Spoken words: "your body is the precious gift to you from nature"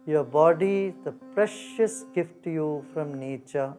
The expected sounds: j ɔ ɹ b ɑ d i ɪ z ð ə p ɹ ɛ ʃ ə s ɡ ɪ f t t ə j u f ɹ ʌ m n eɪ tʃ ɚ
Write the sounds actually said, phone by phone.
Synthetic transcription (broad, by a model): j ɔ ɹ b ɑ d i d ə p ɹ ɛ ʃ ə s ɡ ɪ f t t j u f ɹ ʌ m n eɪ tʃ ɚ